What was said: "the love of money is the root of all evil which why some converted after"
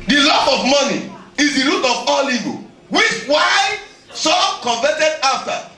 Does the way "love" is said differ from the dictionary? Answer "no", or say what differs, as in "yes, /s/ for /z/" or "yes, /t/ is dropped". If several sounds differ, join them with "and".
yes, /p/ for /v/